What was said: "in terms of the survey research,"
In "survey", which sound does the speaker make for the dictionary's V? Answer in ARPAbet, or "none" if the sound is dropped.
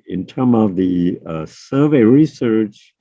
V